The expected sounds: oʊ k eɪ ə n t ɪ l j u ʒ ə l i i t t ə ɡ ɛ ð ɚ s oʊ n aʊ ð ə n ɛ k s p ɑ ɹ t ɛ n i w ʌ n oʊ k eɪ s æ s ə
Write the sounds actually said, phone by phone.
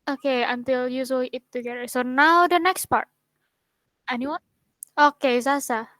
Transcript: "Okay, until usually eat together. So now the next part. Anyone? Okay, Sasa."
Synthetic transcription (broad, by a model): oʊ k eɪ ə n t ɪ l j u s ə i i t t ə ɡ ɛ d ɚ s oʊ n aʊ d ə n ɛ k s p ɑ ɹ t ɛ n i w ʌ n oʊ k eɪ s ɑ s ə